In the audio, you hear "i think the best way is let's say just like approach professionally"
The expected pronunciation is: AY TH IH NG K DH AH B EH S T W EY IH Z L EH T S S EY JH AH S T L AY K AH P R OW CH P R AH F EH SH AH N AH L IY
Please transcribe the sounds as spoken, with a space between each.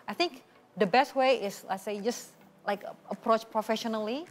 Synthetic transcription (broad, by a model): AY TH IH NG K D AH B EH S T W EY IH S L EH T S S EY JH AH S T L AY K AH P R OW CH P R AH F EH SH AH N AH L IY